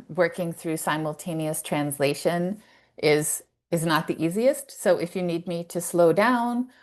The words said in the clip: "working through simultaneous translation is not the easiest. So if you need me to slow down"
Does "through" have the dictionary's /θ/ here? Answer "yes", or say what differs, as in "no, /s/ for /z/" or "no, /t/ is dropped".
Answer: yes